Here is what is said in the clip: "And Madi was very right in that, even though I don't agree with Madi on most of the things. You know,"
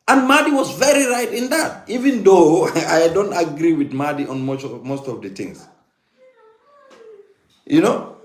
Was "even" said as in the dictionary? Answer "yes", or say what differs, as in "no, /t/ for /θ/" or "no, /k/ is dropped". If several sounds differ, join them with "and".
yes